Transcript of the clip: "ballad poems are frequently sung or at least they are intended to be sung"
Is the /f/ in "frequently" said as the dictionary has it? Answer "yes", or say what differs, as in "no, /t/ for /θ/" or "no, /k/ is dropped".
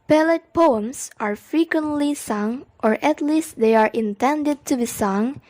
yes